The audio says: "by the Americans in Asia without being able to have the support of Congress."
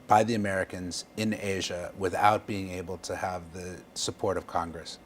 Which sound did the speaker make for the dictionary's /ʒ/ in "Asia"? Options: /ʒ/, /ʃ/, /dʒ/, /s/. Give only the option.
/ʒ/